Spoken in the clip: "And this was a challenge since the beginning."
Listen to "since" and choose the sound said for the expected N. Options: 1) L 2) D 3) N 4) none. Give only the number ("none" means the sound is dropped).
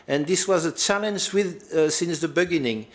3